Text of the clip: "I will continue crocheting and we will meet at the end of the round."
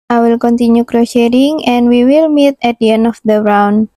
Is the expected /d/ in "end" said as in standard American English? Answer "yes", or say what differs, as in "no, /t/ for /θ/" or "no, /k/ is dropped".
no, /d/ is dropped